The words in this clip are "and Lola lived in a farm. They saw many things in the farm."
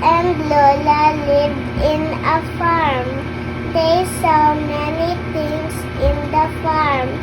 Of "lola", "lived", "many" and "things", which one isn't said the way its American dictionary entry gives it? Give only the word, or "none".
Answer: things